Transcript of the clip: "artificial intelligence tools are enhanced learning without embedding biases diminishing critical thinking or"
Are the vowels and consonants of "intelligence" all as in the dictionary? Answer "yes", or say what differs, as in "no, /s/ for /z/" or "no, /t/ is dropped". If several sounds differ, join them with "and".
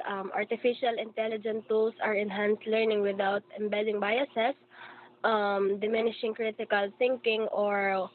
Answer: no, /s/ is dropped